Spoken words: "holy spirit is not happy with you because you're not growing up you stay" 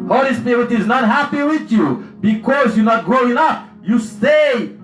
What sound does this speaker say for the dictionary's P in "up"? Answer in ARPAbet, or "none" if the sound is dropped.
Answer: F